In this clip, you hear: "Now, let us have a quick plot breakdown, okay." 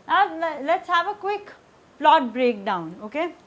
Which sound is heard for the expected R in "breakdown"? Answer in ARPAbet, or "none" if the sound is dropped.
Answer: R